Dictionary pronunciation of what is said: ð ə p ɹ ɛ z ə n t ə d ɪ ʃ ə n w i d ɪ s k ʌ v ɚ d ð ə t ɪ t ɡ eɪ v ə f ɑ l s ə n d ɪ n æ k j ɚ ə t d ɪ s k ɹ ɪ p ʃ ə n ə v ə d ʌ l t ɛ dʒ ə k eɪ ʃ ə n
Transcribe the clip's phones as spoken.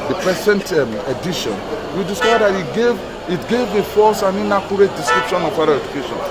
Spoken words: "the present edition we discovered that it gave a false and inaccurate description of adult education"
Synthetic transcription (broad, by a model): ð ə p ɹ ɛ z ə n t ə d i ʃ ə n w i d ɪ s k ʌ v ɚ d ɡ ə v ɪ t ɡ eɪ v ə f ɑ s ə n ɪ n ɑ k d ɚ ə t d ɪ s k ɹ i p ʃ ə n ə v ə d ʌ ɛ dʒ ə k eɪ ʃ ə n